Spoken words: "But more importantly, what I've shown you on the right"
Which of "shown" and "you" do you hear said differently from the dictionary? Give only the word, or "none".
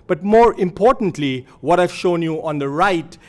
none